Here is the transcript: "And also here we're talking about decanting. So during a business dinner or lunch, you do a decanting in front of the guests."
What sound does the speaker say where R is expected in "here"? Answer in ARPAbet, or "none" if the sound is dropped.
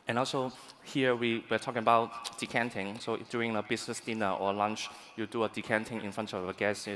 W